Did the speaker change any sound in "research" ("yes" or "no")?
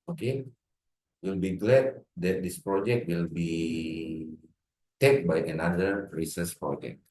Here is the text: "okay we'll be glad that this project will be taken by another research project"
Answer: yes